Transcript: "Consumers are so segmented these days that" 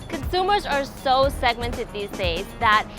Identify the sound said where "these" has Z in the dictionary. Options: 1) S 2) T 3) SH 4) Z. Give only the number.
4